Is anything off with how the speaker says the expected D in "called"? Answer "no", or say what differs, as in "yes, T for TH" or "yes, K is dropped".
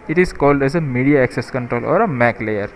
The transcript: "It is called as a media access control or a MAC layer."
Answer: no